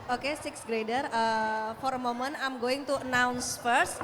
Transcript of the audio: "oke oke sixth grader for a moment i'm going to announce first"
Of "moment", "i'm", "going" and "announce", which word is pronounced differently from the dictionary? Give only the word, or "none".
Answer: moment